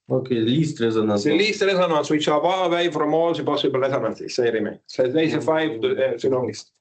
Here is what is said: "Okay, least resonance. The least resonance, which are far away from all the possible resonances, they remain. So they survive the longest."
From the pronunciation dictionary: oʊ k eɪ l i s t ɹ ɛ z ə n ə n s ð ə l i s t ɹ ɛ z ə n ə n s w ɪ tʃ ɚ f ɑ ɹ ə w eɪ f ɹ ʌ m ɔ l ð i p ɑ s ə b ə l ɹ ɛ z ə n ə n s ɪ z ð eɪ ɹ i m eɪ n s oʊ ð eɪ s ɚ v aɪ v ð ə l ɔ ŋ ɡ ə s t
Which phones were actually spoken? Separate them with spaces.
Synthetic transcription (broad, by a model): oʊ k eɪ l i s t ɹ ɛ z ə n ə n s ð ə l i s t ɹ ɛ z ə n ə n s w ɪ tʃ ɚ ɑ w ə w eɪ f ɹ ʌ m ɔ l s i p ɑ s ə b ə l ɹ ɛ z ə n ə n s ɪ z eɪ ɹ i m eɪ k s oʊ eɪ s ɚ f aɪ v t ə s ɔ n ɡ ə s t